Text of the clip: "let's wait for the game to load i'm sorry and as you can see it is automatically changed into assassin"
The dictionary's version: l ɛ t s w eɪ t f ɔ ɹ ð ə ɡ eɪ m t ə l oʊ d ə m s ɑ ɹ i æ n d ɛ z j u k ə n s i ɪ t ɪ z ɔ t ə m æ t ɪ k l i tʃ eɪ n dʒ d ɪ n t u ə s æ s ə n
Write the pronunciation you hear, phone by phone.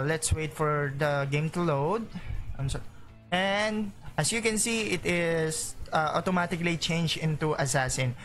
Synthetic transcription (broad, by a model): l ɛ t s w eɪ t f ɔ ɹ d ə ɡ eɪ m t ə l oʊ d ə m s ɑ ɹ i n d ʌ s j u k ə n s i ɪ t ɪ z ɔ t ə m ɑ t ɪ k l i tʃ eɪ n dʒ ɪ n t u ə s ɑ s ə n